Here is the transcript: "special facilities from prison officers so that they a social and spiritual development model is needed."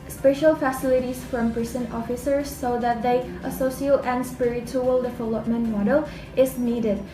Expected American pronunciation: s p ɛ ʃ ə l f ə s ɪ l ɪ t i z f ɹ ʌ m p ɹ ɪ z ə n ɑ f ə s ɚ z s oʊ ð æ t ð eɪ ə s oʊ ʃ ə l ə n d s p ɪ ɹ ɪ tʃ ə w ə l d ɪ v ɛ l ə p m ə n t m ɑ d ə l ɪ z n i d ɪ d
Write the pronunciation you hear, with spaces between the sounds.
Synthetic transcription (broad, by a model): s p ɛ ʃ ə l f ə s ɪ l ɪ t i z f ɹ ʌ m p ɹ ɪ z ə n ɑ f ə s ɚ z s oʊ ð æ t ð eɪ ə s oʊ s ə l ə n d s p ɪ ɹ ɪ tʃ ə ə l d ɪ v ɛ l ə p m ə n t m ɑ d ə l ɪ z n i d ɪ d